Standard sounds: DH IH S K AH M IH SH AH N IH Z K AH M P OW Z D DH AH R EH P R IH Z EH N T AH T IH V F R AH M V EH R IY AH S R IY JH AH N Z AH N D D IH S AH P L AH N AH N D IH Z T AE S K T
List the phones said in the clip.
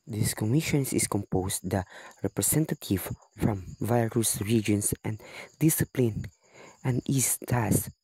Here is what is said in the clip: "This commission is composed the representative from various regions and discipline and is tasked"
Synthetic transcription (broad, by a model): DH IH S K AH M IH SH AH N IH S K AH M P OW S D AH R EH P R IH S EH N T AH T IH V F R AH M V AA R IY S R IY JH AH N S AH N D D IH S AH P L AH N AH N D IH S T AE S